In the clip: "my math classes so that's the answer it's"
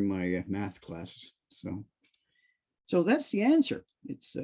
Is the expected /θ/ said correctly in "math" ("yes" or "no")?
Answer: yes